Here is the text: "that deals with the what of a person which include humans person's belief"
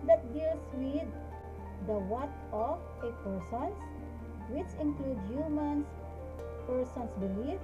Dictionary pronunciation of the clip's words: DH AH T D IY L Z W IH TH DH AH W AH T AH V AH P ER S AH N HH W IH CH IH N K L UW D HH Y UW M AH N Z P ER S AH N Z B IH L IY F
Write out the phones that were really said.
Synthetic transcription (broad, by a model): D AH T D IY L S W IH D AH W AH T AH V AH P ER S AH N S W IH CH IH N K L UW D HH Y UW M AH N S P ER S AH N S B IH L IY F